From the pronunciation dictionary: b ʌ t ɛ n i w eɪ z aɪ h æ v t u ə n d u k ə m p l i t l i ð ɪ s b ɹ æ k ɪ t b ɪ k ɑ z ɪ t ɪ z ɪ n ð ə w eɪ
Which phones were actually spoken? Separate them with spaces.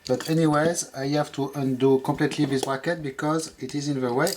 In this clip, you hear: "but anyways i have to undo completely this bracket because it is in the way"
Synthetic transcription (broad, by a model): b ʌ t ɛ n i w eɪ z aɪ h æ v t u ə n d u k ə m p l i t l i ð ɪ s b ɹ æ k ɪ t b ɪ k ɑ z ɪ t ɪ z ɪ n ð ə w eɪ